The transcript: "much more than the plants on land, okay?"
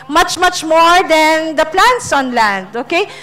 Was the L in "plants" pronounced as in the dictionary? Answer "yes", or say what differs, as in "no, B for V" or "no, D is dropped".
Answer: yes